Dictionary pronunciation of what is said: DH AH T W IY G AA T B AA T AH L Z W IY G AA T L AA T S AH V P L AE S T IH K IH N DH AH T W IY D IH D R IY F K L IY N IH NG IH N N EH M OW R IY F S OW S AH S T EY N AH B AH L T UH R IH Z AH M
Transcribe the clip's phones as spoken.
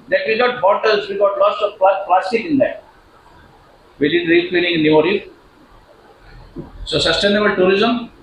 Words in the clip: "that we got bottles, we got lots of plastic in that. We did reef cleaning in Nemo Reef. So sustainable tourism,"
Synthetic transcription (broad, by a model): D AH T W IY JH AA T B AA T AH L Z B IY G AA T L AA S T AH P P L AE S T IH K IH N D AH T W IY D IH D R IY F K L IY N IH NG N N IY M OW R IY S OW S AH S T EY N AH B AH L T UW R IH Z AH M